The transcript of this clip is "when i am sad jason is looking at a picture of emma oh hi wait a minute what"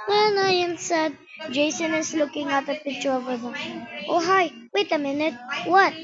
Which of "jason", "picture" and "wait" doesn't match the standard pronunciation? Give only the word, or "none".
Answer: picture